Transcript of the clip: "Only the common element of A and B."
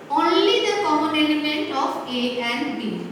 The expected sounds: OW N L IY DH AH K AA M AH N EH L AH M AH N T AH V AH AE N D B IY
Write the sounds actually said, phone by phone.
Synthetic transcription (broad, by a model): OW N L IY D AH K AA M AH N EH L AH M AH N T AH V AH AE N D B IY